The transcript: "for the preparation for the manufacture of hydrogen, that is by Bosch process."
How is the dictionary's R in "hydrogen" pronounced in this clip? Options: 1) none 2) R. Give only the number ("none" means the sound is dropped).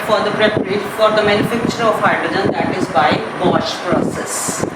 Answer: 1